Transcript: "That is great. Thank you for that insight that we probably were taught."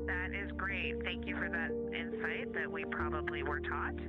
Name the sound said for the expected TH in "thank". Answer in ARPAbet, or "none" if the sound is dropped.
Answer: TH